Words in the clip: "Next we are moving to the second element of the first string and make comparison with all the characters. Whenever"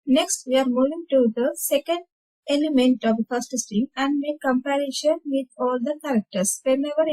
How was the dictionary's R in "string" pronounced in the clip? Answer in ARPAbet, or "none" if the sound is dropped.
none